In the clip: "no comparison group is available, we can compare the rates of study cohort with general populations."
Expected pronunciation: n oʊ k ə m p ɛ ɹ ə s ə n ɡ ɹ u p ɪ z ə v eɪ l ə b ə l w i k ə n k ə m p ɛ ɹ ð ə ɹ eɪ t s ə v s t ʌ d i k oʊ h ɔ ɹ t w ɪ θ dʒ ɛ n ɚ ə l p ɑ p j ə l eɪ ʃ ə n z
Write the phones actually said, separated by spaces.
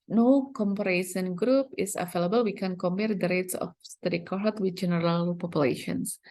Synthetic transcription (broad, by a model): n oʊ k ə m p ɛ ɹ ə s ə n ɡ ɹ u p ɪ s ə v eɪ l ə b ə l w i k ə n k ə m p ɛ ɹ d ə ɹ eɪ t s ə f s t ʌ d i k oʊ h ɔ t w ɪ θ dʒ ɛ n ɚ ə l p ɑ p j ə l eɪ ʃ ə n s